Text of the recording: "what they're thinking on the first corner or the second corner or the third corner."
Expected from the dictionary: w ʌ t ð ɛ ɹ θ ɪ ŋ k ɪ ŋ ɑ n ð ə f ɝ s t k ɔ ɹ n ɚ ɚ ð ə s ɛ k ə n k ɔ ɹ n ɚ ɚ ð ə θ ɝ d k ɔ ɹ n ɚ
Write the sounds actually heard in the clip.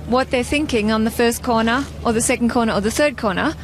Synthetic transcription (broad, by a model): w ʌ t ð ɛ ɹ θ ɪ ŋ k ɪ ŋ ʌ n ð ə f ɝ s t k ɔ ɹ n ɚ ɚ ð ə s ɛ k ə n k ɔ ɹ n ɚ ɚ ð ə θ ɝ d k ɔ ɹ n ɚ